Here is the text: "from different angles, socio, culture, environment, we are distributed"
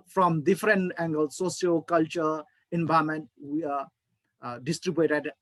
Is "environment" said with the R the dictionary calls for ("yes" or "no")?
no